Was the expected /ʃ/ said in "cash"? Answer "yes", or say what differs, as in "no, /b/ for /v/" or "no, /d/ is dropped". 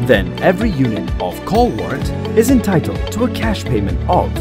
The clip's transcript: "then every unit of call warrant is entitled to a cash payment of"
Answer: yes